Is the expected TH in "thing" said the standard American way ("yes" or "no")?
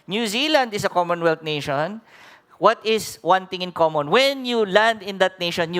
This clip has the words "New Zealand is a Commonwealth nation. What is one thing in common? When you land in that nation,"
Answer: no